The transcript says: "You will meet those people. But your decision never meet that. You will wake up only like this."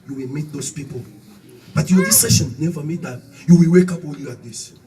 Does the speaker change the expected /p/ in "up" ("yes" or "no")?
no